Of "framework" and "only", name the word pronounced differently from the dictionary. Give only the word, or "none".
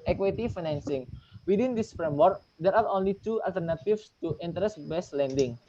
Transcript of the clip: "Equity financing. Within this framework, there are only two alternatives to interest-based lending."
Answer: framework